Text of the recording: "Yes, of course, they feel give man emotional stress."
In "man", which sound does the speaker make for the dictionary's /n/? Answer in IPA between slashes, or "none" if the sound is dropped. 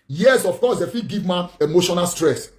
none